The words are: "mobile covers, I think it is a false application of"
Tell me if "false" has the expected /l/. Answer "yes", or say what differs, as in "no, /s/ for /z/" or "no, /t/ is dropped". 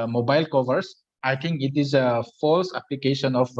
yes